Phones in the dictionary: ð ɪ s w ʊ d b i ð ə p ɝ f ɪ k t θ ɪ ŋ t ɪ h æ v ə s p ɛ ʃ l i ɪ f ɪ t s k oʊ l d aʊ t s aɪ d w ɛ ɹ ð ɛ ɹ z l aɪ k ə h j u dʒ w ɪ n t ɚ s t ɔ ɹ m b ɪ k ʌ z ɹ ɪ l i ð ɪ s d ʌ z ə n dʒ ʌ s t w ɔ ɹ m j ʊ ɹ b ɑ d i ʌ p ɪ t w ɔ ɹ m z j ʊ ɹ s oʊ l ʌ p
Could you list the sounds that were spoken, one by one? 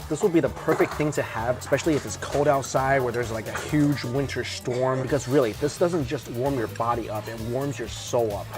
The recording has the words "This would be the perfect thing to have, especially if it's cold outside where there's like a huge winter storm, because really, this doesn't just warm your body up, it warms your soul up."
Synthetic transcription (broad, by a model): ð ɪ s w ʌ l b i ð ə p ɝ f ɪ k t θ ɪ ŋ t ɪ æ v ə s p ɛ ʃ l i ɪ f ɪ t s k oʊ l d aʊ t s aɪ d w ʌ ɹ ð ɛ ɹ z l aɪ k ə h j u dʒ w ɪ n t ɚ s t ɔ ɹ m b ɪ k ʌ z ɹ ɪ l i ð ɪ s d ʌ z ə n dʒ ʌ s t w ɔ ɹ m j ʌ ɹ b ɑ d i ʌ p ɪ t w ɔ ɹ m z j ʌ ɹ s oʊ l ʌ p